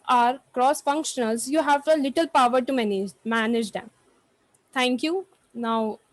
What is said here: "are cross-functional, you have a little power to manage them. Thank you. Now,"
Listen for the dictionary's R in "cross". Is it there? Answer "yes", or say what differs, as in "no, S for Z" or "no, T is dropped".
yes